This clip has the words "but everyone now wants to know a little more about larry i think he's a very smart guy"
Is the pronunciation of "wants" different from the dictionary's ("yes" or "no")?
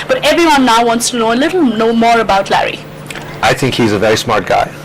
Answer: no